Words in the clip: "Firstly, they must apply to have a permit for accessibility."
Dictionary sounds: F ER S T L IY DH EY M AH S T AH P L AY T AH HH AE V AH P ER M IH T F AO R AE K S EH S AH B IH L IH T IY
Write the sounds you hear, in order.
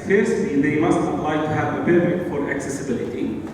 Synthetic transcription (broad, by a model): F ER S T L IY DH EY M AH S T AH P L AY T AH HH AE V AH B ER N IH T F AO R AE K S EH S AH B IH L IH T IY